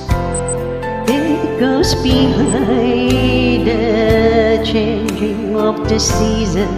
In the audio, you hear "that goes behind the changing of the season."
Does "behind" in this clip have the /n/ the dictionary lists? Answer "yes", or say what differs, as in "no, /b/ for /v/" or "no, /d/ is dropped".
no, /n/ is dropped